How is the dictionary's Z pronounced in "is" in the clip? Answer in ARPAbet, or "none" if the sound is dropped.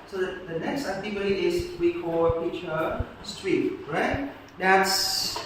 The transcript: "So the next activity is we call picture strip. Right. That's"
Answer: S